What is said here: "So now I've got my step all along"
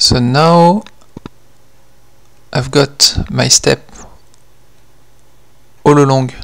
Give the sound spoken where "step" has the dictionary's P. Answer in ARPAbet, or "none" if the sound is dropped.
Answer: P